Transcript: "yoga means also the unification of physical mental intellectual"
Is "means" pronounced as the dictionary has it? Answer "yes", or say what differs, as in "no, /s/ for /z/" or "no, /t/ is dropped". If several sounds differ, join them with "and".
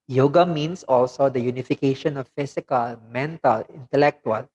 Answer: no, /s/ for /z/